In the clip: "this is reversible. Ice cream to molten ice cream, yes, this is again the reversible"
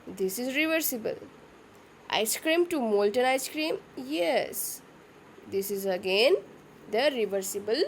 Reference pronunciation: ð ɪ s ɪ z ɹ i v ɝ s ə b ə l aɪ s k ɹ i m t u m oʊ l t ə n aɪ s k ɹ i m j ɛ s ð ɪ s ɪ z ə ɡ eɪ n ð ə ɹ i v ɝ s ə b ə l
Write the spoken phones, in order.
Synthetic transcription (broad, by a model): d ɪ s ɪ z ɹ i v ɝ s ə b ə l aɪ s k ɹ i m t u m oʊ l t ə n aɪ s k ɹ i m j ɛ s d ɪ s ɪ z ə ɡ eɪ n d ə ɹ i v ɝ s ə b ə l